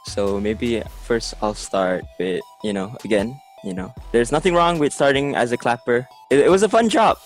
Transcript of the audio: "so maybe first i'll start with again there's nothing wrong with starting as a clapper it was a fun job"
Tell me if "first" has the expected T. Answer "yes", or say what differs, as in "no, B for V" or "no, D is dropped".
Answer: yes